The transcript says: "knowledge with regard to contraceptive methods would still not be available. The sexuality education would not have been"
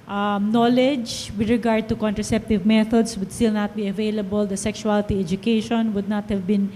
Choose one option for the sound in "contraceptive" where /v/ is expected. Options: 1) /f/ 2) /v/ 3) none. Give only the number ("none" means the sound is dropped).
2